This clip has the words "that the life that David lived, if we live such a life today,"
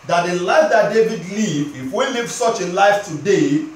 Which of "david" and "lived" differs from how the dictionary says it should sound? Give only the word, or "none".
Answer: lived